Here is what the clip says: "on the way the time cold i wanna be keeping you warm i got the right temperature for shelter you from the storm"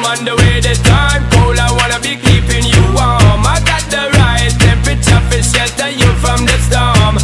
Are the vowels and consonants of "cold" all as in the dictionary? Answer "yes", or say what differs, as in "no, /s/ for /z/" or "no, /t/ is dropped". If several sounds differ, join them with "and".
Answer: no, /d/ is dropped